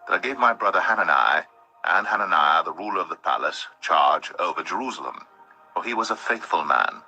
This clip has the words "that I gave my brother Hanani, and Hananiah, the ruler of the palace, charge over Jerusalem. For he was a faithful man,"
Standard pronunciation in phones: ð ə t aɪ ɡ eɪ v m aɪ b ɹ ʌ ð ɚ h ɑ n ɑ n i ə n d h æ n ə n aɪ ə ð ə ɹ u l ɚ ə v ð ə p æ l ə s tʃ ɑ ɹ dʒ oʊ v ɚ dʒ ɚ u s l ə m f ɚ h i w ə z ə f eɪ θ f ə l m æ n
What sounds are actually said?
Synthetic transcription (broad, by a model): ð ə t aɪ ɡ eɪ v m aɪ b ɹ ʌ ð ɚ h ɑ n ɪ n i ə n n h æ n ə n aɪ ə ð ə ɹ u l ɚ ə v ð ə p æ l ə s tʃ ɑ ɹ dʒ oʊ v ɚ dʒ ɚ u s l ə m f ɚ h i w ə z ə f eɪ θ f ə l m æ n